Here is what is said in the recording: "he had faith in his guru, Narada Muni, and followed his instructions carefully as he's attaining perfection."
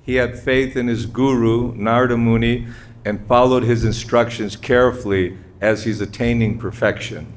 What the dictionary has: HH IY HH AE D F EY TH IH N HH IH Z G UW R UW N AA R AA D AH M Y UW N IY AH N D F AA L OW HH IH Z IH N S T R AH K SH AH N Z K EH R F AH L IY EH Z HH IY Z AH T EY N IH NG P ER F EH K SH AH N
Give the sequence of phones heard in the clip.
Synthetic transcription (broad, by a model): HH IY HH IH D F EY TH IH N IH Z G UW R UW N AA R D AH M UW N IY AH N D F AA L OW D IH Z IH N S T R AH K SH AH N Z K EH R F L IY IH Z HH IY Z AH T EY N IH NG P ER F EH K SH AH N